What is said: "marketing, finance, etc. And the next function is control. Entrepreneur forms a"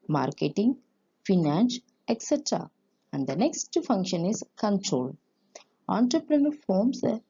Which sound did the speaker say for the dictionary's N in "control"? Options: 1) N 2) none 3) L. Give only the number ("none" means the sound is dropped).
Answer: 1